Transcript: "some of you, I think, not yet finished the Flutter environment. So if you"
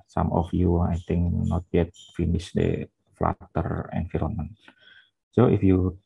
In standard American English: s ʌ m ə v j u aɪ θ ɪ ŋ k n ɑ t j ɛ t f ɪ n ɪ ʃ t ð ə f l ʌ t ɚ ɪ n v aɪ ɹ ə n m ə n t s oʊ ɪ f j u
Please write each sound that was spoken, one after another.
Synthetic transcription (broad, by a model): s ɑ m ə f j u aɪ t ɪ ŋ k n ɑ t j ɛ t f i n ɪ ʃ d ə f l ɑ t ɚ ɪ n f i ɹ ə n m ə n s oʊ ɪ f j u